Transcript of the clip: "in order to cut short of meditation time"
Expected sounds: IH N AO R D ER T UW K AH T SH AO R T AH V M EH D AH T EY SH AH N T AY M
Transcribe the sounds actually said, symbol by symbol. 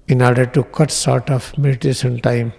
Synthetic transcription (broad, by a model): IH N AO R D ER T UW K AH T S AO R T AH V M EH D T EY S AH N T AY M